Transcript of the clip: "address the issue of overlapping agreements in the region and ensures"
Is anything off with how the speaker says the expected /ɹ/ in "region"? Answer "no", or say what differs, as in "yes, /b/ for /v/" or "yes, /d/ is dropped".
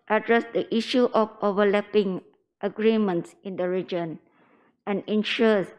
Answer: no